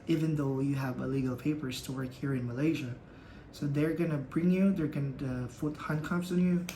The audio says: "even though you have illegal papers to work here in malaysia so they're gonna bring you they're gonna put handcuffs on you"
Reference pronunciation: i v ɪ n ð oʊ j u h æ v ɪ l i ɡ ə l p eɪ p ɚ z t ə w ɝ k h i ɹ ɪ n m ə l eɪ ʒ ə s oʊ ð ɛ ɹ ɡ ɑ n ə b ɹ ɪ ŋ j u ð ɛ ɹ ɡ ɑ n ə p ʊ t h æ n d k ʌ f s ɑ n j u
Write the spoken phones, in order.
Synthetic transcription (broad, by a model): i v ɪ n ð oʊ j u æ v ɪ l i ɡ l p eɪ p ɚ z t ə w ɝ k h i ɹ ɪ n m ə l eɪ ʒ ə s oʊ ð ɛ ɹ ɡ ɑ n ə b ɹ ɪ ŋ j u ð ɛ ɹ ɡ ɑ n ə f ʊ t h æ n k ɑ p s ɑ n j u